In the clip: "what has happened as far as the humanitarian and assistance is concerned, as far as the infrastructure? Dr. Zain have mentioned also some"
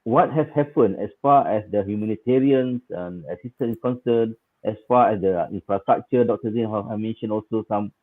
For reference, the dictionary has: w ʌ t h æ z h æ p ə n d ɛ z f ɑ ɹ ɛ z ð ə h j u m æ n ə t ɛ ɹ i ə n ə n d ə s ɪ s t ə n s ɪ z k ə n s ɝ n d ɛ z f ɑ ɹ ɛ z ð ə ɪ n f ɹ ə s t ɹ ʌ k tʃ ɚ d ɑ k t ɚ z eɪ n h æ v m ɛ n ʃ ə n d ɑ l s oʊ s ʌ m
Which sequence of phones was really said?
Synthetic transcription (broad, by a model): w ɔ t h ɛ s h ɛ p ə n ɛ s f ɑ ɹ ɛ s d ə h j u m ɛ n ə t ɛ ɹ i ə n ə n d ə s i s t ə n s k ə n s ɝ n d ɛ s f ɑ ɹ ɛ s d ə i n f ɹ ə s t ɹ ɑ k tʃ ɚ d ɑ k t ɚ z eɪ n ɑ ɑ m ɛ n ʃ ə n ɑ l s oʊ s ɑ m